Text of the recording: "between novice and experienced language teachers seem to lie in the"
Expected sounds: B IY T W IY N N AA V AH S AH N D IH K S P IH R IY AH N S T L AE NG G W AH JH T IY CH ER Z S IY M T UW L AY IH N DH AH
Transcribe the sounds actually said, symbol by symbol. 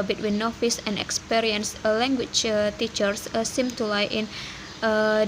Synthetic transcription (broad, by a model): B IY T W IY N N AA F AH S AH N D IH K S P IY R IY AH N S L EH NG G W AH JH T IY CH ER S S IY M T UW L AY IH N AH